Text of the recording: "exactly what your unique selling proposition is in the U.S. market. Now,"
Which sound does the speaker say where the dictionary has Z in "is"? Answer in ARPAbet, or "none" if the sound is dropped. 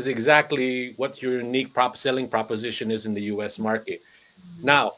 Z